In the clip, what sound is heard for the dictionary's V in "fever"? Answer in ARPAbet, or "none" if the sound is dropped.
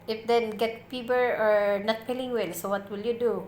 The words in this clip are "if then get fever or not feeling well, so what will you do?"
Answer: B